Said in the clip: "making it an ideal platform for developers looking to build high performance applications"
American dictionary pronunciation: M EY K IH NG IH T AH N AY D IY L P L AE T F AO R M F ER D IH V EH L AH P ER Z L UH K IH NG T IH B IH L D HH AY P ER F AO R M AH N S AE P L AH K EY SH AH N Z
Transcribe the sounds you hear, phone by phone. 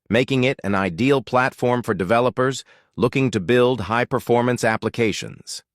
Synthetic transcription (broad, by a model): M EY K IH NG IH T AH N AY D IY L P L AE T F AO R M F ER D IH V EH L AH P ER Z L UH K IH NG T IH B IH L D HH AY P ER F AO R M AH N S AE P L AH K EY SH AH N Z